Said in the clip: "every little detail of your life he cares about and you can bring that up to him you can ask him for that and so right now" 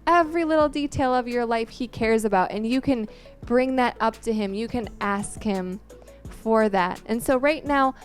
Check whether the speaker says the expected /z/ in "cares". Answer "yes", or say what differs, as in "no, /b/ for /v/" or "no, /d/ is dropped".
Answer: yes